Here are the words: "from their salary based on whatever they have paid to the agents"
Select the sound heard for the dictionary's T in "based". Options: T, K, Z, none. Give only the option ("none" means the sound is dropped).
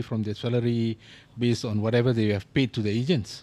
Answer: none